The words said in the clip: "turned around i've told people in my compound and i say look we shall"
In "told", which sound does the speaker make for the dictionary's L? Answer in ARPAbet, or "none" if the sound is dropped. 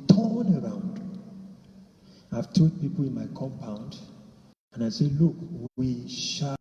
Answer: none